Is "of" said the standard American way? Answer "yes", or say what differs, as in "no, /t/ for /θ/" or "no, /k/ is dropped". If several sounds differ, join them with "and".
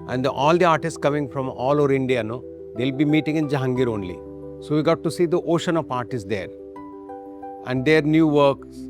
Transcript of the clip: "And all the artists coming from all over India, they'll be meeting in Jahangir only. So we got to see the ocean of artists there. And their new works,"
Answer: no, /p/ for /v/